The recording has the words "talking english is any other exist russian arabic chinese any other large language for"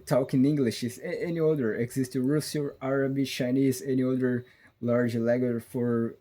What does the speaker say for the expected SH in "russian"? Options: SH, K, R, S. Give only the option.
S